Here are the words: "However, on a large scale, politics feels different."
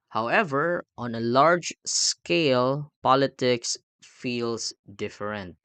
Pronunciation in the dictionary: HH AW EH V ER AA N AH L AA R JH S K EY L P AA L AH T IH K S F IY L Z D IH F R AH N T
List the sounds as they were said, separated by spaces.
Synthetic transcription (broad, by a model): HH AW EH V ER AA N AH L AA R JH S K EY L P AA L AH T IH K S F IY L S D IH F R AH N T